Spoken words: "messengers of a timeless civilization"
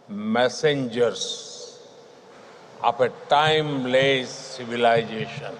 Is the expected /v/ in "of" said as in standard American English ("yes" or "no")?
no